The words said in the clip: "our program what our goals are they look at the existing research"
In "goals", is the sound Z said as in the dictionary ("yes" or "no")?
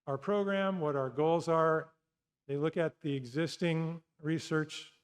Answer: yes